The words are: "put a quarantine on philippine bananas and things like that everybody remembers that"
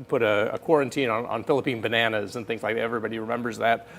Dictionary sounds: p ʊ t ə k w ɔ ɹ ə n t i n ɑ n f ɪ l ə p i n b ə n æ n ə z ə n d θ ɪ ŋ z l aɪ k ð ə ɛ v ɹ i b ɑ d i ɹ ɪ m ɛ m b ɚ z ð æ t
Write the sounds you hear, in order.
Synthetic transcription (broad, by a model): p ʊ t ə k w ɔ ɹ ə n t i n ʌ n f ɪ l ə p i n b ə n æ n ə z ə n θ ɪ ŋ z l aɪ k ɛ v ɹ i b ɑ d i ɹ ɪ m ɛ m b ɚ z ð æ t